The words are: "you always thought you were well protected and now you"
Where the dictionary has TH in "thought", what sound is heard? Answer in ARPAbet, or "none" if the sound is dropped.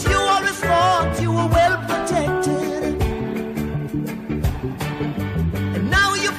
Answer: F